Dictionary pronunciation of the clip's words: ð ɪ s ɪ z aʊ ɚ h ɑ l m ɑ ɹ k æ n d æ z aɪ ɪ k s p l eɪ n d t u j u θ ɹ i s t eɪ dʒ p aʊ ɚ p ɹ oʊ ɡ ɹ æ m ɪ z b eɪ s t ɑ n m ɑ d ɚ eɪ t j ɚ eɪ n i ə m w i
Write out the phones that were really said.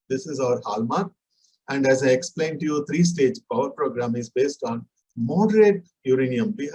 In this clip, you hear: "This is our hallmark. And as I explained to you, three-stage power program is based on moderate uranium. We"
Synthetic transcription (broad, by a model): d ɪ s ɪ z aʊ ɚ h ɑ l m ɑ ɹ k æ n d æ z aɪ ɪ k s p l eɪ n d t u j u t ɹ i s t eɪ dʒ p aʊ ɚ p ɹ oʊ ɡ ɹ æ m ɪ z b eɪ s t ɑ n m ɑ d ɚ eɪ t j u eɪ n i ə m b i